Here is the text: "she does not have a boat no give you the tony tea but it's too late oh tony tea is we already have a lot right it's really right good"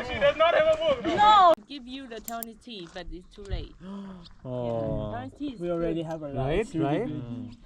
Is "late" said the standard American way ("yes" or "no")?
no